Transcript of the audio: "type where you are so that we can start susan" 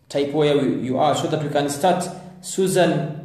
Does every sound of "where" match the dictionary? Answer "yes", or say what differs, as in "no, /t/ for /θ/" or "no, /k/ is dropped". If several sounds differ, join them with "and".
no, /w/ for /ɹ/